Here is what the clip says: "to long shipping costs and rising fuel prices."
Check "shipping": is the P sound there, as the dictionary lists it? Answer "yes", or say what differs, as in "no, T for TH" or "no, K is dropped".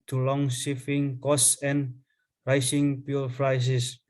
no, F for P